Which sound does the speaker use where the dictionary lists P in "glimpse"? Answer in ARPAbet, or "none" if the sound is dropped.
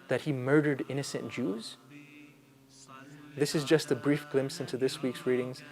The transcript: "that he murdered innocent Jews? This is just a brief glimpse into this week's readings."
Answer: none